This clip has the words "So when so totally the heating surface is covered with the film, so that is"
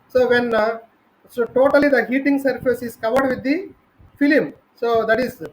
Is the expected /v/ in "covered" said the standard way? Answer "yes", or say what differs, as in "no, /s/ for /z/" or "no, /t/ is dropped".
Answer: yes